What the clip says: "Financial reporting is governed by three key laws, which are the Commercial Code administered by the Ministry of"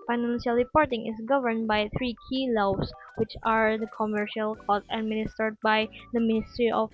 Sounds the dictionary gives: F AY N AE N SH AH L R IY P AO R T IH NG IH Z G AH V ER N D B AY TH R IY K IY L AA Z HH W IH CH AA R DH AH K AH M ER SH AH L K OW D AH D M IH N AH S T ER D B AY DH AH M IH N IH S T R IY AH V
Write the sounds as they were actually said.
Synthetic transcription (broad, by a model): F AY N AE N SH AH L R IY P AO R T IH NG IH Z G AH V ER N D B AY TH R IY K IY L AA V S W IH CH AA R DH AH K AH M ER SH AH L K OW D AH D M IH N AH S T ER D B AY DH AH M IH N IH S T R IY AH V